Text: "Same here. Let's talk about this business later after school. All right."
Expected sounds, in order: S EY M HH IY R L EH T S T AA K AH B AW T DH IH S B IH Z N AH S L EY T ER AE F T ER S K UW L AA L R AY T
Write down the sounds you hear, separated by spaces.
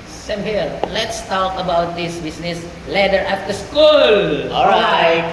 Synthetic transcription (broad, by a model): S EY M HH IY L L EH T S T AA K AH B AW T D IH S B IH S N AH S L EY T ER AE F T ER S K UW L AA L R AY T